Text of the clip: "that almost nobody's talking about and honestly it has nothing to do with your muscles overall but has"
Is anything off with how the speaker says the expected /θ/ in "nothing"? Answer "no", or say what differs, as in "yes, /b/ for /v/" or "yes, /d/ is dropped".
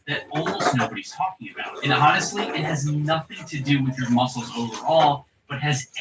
no